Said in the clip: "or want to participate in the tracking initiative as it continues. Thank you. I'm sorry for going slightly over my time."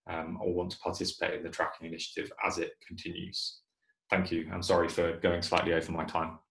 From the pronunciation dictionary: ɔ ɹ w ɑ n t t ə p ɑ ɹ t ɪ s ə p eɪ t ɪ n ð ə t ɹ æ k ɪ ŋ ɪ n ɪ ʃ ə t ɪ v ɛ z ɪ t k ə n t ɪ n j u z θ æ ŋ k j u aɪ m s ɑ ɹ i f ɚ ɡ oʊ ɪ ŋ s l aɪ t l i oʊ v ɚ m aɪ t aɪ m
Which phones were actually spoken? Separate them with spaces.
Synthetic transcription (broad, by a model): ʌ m w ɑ n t t ə p ɑ t ɪ s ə p eɪ t ɪ n ð ə t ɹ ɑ k ɪ ŋ ɪ n ɪ ʃ ə t ɪ v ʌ z ɪ t k ə n t ɪ n j u z θ æ ŋ k j u aɪ m s ɑ ɹ i f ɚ ɡ oʊ ɪ ŋ s l aɪ t l i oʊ v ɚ m aɪ t aɪ m